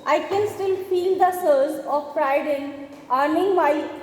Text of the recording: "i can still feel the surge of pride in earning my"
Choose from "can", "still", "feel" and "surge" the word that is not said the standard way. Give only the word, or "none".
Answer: surge